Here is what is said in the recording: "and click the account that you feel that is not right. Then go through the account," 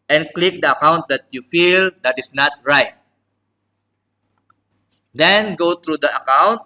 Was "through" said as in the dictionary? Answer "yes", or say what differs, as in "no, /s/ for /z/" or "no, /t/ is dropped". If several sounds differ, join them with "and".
no, /t/ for /θ/